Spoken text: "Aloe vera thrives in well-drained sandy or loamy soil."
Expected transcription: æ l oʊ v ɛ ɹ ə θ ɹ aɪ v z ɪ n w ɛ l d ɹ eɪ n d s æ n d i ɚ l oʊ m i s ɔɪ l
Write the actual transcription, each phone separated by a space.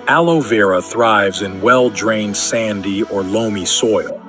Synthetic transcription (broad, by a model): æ l oʊ v ɛ ɹ ə θ ɹ aɪ v z ɪ n w ɛ l d ɹ eɪ n d s æ n d i ɚ l oʊ m i s ɔɪ l